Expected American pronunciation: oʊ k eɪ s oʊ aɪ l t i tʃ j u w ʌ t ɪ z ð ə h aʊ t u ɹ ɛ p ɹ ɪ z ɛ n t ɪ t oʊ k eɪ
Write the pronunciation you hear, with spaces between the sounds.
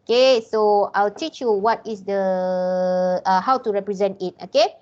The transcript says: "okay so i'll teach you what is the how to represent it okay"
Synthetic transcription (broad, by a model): k eɪ s oʊ aɪ l t i tʃ j u w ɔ t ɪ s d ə h aʊ t u ɹ ɛ p ɹ ɪ z ɛ n t ɪ t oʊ k eɪ